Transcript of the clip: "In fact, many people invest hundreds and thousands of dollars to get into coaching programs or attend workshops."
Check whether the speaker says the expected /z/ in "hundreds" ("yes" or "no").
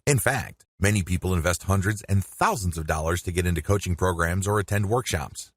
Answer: yes